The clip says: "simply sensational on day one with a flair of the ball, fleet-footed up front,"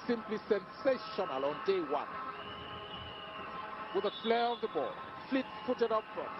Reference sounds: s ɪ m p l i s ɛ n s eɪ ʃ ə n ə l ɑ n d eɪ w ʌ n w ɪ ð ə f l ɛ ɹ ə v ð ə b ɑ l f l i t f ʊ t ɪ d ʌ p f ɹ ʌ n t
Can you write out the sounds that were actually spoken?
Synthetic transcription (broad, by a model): s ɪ m p l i s ɛ n s eɪ ʃ ə n ə l ɑ n d eɪ w ʌ n w ɪ ð ə f l ɛ ɹ ə v ð ə b ɑ l f l i t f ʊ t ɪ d ʌ p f ɹ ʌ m